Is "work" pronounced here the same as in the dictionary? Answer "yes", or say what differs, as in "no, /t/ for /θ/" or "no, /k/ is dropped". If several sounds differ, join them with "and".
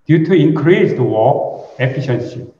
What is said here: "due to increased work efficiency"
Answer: no, /k/ is dropped